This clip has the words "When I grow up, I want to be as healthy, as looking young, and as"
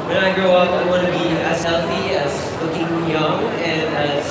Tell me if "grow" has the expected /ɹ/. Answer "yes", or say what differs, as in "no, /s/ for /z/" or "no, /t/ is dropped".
no, /ɹ/ is dropped